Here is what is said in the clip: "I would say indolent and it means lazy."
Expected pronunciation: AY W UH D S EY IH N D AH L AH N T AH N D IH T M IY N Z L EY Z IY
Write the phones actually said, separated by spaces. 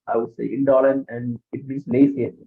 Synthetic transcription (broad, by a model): AY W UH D S EY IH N D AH L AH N AH N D IH T M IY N S L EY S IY